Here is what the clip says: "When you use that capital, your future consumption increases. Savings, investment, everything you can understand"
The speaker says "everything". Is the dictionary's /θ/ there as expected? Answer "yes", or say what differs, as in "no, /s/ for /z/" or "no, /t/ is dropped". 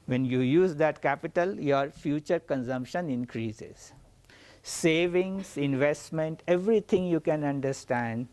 no, /t/ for /θ/